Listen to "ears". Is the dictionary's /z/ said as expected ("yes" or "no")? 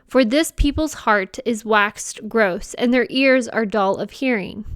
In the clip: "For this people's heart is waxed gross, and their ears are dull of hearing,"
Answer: yes